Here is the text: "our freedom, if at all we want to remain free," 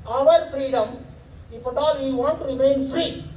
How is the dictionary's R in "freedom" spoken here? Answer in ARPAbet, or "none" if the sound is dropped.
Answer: R